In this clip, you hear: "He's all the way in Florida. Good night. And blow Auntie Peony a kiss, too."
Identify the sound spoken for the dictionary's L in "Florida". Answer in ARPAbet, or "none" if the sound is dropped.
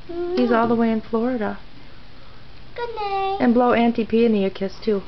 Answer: L